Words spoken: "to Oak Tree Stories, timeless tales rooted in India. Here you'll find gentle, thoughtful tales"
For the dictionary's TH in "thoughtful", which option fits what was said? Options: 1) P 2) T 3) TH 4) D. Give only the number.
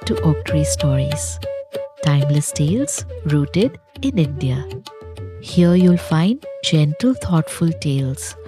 2